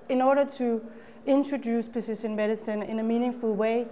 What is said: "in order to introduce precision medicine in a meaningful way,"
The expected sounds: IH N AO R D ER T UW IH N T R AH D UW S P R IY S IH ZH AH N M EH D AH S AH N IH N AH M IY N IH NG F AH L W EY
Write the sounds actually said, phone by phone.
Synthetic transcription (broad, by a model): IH N AO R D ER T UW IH N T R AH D UW S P IY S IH SH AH N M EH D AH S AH N IH N AH M IY N IH NG F AH L W EY